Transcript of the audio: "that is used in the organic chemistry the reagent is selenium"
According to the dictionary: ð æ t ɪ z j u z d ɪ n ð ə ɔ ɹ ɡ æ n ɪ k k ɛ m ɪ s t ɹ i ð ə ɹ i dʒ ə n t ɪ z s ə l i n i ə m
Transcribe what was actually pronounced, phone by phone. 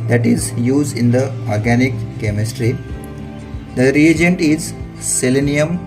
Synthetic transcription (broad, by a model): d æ t ɪ z j u z d ɪ n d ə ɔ ɹ ɡ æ n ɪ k k ɛ m ɪ s t ɹ i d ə ɹ i dʒ ə n t ɪ z s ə l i n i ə m